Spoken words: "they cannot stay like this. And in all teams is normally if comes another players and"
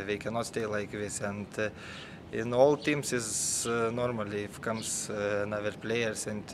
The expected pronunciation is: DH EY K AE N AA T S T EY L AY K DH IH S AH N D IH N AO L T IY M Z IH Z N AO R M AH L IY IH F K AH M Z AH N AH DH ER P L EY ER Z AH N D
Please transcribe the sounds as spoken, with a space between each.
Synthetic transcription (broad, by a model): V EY K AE N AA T S T EY L AY K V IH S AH N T IH N AO L T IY M S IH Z N AO R M AH L IY IH F K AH M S N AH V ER P L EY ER S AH N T